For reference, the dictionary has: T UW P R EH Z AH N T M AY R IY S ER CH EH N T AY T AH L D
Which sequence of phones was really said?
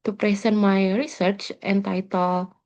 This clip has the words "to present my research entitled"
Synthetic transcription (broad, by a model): T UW P R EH S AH N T M AY R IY S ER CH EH N T AY T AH L